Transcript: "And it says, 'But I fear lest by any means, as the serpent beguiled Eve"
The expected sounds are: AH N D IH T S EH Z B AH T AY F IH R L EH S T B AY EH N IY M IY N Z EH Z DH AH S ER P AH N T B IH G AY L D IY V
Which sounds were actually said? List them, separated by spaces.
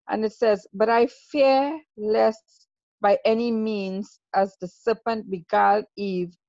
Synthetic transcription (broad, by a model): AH N IH T S EH Z B AH T AY F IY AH L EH S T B AY EH N IY M IY N Z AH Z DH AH S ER P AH N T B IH G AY D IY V